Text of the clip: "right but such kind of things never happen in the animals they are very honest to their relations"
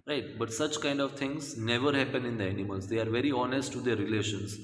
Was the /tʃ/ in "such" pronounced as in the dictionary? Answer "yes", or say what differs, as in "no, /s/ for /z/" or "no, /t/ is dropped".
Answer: yes